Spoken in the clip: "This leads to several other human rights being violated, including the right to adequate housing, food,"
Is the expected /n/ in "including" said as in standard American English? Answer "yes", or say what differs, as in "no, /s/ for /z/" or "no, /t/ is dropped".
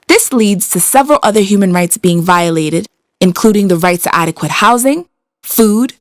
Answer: yes